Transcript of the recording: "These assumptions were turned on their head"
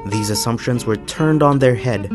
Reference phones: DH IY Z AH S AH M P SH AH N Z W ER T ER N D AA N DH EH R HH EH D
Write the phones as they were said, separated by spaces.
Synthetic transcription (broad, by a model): DH IY Z AH S AH M P SH AH N Z W ER T ER N D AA N DH EH R HH EH D